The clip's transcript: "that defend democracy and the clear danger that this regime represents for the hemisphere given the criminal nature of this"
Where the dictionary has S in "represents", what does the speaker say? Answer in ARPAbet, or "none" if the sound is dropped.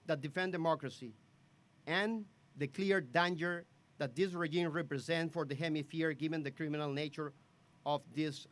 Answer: none